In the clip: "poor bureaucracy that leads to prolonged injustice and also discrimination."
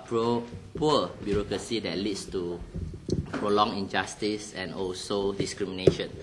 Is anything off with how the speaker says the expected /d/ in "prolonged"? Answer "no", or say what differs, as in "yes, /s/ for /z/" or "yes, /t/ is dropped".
yes, /d/ is dropped